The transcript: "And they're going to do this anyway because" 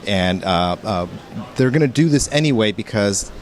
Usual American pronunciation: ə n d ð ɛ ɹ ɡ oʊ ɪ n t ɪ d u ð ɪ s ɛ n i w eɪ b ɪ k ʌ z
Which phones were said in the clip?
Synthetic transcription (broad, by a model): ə n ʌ ð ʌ ɹ ɡ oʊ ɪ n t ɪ d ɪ ð ɪ s ɛ n i w eɪ b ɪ k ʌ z